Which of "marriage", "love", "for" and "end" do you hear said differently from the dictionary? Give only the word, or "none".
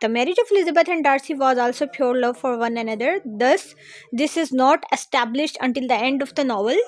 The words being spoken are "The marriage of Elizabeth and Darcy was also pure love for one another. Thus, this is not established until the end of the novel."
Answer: none